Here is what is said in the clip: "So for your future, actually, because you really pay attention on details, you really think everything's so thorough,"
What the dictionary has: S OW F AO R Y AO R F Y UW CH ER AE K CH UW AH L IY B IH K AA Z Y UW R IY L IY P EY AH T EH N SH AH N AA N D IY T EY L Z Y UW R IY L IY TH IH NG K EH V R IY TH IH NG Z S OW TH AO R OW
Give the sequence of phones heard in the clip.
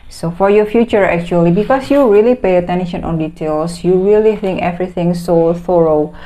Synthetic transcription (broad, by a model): S OW F AO R Y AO F Y UW CH ER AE K CH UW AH L IY B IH K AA S Y UW R IY L IY P EY AH T EH N SH AH N AA N D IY T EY L S Y UW R IY L IY TH IH NG K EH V R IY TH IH NG S OW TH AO R OW